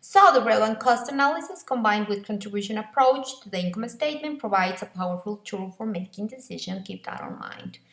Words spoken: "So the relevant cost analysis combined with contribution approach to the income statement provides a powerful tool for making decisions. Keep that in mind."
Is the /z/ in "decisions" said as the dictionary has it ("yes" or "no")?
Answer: no